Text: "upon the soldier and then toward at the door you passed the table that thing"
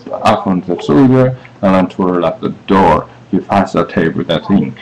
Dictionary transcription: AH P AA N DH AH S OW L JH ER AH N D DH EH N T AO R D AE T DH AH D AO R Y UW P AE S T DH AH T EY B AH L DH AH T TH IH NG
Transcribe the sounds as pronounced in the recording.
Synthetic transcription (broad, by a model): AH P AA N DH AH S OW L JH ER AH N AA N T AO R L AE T DH AH D AO R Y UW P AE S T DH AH T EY AH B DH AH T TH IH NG